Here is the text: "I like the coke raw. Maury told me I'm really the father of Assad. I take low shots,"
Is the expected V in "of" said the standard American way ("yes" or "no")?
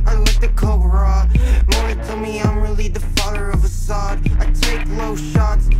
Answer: yes